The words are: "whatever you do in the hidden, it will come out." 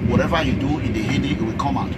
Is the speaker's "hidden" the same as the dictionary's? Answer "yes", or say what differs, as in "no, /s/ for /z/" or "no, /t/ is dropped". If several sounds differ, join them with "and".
no, /n/ is dropped